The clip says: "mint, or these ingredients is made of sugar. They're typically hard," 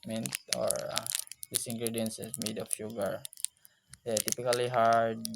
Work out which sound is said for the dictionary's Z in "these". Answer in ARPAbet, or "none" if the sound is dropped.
S